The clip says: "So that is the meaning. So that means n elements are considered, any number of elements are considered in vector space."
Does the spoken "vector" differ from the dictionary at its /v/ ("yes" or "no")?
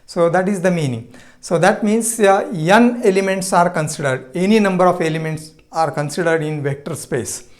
no